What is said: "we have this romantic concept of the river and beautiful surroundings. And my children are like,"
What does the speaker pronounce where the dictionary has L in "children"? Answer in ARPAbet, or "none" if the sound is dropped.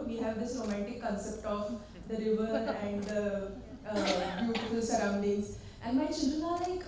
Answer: none